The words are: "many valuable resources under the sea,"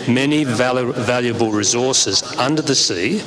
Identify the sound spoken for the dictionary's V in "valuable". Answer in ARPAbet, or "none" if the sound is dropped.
V